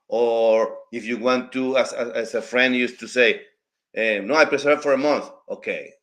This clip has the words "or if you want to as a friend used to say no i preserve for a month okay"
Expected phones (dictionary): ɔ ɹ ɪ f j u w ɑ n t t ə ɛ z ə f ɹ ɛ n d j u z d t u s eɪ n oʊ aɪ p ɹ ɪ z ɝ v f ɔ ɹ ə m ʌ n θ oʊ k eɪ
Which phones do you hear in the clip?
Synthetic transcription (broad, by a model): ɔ ɹ ɪ f j u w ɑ n t s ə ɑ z ə f ɹ ɛ n d j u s t u s eɪ n oʊ aɪ p ɹ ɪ s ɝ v f ɔ ɹ ə m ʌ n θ oʊ k eɪ